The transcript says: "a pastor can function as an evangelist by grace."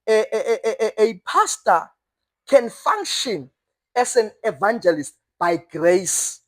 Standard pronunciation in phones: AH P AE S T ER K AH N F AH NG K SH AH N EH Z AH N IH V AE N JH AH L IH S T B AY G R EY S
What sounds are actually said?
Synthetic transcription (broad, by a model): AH P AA S T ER K AH N F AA NG K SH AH N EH S AH N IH V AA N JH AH L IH S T B AY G R EY S